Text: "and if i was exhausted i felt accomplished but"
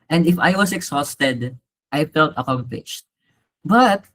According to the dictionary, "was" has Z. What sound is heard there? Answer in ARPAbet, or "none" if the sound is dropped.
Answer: S